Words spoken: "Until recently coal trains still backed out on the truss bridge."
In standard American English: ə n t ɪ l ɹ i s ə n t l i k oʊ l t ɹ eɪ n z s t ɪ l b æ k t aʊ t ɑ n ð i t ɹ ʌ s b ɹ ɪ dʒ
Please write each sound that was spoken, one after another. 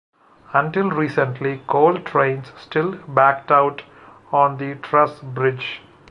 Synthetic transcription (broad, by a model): ə n t ɪ l ɹ i s ə n t l i k oʊ l t ɹ eɪ n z s t ɪ l b æ k t aʊ t ɑ n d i t ɹ ʌ s b ɹ ɪ dʒ